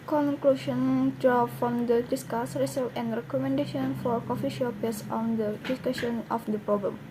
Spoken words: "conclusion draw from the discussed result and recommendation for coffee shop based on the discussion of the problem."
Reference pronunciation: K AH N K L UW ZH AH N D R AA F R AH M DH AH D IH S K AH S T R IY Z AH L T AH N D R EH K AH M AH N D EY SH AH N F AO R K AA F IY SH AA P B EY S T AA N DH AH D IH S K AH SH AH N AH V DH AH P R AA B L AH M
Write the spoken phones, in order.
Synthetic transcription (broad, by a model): K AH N K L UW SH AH N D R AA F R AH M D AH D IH S K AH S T R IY S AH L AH N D R EH K AH M AH N D EY SH AH N F AO R K AA F IY SH AA P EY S AA N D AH D IH S K AH SH AH N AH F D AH P R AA B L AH M